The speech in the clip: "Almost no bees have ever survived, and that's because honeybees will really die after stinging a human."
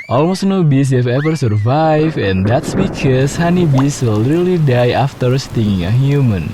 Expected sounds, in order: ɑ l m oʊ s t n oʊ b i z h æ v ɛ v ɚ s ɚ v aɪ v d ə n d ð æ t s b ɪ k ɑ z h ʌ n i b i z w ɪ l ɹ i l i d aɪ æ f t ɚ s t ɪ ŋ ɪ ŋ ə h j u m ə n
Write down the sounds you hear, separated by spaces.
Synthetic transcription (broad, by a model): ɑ l m oʊ s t n oʊ b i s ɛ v ɛ v ɚ s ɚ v aɪ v ə n d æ t s b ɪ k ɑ s h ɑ n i b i s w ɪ l ɹ i l i d aɪ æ f t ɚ s t ɪ ŋ ɪ ŋ ə h j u m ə n